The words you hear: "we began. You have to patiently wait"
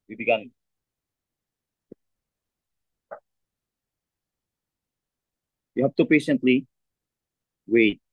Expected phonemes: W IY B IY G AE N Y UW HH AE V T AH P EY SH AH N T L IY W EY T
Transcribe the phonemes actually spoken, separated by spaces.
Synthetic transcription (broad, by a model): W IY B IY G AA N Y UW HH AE P T AH P EY SH AH N T L IY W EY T